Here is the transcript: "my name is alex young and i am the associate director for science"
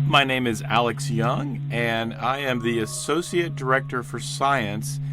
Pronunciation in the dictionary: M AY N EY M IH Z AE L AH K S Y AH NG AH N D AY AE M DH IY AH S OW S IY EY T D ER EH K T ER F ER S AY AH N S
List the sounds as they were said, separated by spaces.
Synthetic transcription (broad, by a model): M AY N EY M IH Z AE L AH K S Y AH NG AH N AY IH M DH IY AH S OW S IY EY T D ER EH K T ER F ER S AY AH N S